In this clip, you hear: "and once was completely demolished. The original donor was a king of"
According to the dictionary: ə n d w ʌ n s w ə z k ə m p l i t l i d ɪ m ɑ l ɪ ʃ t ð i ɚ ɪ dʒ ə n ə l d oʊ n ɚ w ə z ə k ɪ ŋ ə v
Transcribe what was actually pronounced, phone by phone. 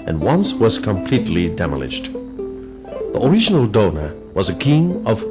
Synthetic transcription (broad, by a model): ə n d w ʌ n s w ə z k ə m p l i t l i d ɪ m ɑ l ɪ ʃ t ð i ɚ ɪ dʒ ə n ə l d oʊ n ɚ w ə z ə k ɪ ŋ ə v